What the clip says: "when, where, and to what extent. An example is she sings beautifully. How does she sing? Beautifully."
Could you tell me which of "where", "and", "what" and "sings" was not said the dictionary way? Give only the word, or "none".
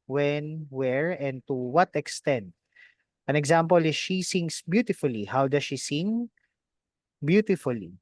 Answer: sings